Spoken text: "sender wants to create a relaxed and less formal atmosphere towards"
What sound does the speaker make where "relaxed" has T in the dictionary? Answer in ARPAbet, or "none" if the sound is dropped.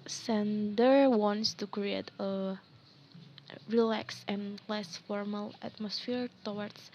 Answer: none